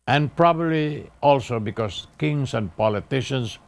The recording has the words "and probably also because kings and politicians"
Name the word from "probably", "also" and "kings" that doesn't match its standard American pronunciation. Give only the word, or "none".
kings